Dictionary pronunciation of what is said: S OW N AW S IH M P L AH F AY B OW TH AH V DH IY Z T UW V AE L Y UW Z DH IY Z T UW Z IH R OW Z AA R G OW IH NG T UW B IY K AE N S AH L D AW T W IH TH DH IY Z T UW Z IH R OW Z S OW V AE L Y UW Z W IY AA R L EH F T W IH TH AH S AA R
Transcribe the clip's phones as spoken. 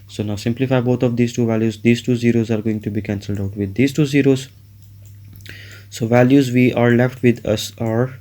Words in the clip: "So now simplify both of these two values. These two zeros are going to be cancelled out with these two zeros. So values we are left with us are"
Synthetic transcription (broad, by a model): S OW N AW S IH M P L AH F AY B OW T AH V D IY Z T UW V AE L Y UW Z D IY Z T UW Z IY R OW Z AA R G OW IH NG T UW B IY K AE N S AH L D AW T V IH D IY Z T UW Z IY R OW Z S OW V AE L Y UW Z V IY AA R L EH F T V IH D AH S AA R